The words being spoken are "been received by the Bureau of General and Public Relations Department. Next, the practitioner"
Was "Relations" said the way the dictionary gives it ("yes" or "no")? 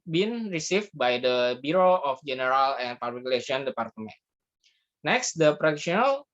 no